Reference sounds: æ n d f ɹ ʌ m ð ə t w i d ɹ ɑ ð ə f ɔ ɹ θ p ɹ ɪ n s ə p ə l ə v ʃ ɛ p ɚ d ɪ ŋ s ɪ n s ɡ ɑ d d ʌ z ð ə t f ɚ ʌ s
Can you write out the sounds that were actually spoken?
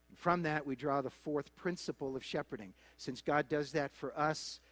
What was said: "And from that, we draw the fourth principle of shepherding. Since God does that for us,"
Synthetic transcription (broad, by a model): n f ɹ ʌ m ð ə t w i d ɹ ɑ ð ə f ɔ ɹ θ p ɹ ɪ n s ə p l ə v ʃ ɛ p ɚ d ɪ ŋ s ɪ n s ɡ ɑ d d ʌ z ð ə t f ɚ ʌ s